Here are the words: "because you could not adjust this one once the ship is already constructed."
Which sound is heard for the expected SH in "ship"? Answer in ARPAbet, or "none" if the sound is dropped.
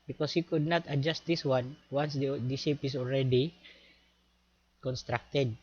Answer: S